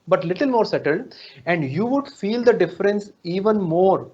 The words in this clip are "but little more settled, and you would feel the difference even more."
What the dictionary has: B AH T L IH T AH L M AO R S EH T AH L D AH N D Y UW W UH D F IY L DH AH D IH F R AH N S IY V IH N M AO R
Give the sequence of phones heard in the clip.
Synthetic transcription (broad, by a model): B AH T L IH T AH L M AO R S EH T AH L D AH N D Y UW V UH D F IY L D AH D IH F R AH N S IY V IH N M AO R